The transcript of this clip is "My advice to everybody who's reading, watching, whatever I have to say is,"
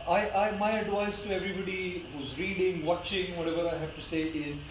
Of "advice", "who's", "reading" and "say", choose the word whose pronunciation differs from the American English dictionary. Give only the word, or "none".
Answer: none